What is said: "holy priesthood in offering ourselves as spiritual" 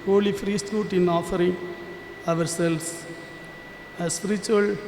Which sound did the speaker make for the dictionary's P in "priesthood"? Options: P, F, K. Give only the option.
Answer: F